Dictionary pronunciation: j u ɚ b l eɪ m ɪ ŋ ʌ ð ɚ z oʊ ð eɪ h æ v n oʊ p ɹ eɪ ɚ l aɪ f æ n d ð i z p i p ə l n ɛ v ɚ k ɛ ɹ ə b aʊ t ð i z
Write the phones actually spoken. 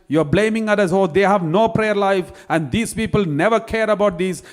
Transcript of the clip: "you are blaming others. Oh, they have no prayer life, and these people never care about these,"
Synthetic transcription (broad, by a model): j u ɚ b l eɪ m ɪ ŋ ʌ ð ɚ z oʊ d eɪ h æ v n oʊ p ɹ eɪ ɚ l aɪ f æ n d i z p i p ə l n ɛ v ɚ k ɛ ɹ ə b aʊ t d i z